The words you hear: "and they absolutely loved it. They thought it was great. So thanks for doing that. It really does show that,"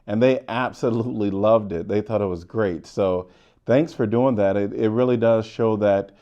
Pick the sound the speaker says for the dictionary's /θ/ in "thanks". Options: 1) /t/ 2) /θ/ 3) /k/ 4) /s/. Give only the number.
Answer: 2